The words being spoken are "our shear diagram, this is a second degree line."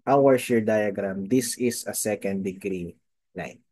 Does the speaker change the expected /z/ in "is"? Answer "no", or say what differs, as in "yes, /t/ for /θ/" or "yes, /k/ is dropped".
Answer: yes, /s/ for /z/